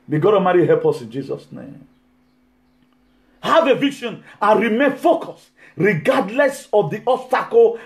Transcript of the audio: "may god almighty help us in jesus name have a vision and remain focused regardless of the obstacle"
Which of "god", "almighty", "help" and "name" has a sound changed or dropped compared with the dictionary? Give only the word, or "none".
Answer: almighty